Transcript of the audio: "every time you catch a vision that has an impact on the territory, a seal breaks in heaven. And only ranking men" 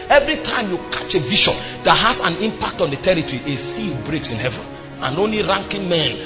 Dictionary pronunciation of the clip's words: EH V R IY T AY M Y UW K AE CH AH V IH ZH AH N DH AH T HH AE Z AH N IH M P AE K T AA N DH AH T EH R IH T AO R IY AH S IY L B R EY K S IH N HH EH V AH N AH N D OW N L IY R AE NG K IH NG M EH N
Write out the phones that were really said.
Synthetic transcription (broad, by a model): EH V R IY T AY M Y UW K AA CH AH V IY SH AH N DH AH T HH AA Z AH N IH M P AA K T AA N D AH T EH R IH T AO R IY AH S IY L B R EY K S IH N HH EH V AH N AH N OW N L IY R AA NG K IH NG M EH N